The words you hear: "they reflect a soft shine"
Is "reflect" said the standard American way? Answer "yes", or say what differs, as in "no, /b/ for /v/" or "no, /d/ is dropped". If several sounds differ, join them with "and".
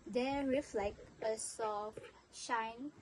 no, /t/ is dropped